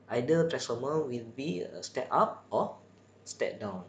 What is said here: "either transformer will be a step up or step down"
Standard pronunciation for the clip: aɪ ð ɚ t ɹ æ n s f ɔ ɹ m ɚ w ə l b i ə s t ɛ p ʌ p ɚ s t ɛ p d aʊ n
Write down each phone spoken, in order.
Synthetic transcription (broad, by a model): aɪ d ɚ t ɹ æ s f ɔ m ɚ w ə l b i ə s t ɛ p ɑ p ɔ s t ɛ p d aʊ n